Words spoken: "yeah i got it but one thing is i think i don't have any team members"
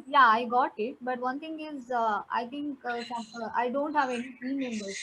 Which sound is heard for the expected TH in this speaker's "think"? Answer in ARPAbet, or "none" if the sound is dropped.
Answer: T